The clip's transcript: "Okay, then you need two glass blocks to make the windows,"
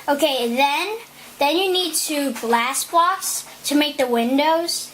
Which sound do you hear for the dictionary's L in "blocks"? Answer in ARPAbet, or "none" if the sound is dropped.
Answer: none